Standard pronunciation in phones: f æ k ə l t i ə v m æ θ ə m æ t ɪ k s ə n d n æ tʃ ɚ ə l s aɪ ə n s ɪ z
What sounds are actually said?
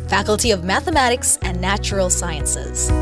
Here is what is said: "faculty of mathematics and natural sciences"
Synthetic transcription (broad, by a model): f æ k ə l t i ə v m æ θ ə m æ t ɪ k s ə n n æ tʃ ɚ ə l s aɪ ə n s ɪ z